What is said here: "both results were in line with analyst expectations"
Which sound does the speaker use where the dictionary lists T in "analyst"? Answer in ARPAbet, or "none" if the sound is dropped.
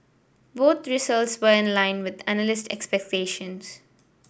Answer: T